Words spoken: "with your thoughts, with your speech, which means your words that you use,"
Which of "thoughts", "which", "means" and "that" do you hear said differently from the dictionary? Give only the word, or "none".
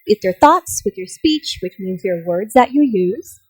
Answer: none